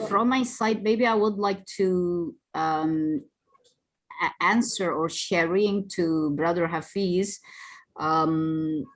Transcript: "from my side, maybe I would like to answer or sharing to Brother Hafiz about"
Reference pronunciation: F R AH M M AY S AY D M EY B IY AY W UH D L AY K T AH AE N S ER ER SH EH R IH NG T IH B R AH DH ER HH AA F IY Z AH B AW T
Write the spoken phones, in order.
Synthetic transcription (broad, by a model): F R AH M M AY S AY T M EY B IY AY W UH D L AY K T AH AE N S ER ER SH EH R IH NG T IH B R AH DH ER HH AA F IY Z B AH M